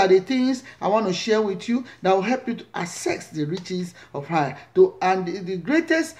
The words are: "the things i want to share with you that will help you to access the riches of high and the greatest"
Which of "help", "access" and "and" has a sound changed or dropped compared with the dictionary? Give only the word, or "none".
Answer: access